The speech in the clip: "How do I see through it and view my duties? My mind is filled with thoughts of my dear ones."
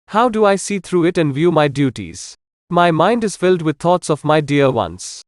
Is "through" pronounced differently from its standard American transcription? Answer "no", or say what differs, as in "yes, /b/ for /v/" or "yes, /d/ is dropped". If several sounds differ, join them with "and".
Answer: yes, /t/ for /θ/